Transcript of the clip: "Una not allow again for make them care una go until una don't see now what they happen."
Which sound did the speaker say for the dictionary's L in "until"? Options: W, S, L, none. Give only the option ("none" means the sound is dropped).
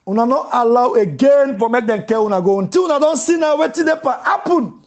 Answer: W